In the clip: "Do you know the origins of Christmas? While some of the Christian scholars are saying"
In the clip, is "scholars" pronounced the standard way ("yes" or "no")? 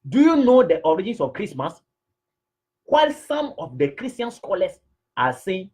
no